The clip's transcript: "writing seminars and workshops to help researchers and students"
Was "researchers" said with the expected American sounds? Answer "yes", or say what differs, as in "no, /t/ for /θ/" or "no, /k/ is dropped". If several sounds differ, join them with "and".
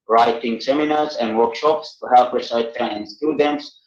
no, /tʃ/ is dropped